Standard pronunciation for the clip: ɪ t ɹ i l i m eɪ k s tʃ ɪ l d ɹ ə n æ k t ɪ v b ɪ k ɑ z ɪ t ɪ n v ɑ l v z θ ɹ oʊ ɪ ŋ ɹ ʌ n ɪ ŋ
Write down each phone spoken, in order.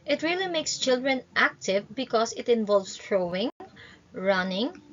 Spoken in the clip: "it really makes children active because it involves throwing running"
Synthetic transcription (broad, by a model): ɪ t ɹ i l i m eɪ k s tʃ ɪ l d ɹ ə n æ k t ɪ v b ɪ k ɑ s ɪ t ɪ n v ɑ l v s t ɹ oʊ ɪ ŋ ɹ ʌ n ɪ ŋ